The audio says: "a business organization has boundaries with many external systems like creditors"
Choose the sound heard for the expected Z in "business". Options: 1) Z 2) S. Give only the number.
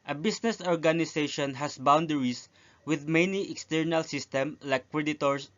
2